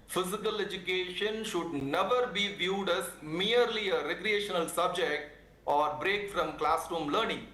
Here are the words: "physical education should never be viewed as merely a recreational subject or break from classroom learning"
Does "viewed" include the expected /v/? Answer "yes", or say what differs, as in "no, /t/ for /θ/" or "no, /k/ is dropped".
yes